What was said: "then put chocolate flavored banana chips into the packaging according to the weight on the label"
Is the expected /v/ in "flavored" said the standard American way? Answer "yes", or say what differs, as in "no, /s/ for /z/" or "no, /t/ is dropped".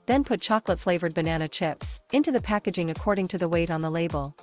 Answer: yes